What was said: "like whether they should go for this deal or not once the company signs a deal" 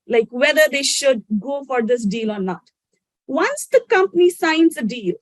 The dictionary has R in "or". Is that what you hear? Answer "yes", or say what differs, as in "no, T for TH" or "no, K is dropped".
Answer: yes